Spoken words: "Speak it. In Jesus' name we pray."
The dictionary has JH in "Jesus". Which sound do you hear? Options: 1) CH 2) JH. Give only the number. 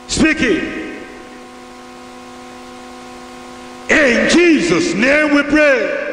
2